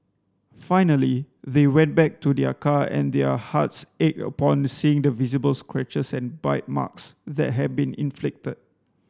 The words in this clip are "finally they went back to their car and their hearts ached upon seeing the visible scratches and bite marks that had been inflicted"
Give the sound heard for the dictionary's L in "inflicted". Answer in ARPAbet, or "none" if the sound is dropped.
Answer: L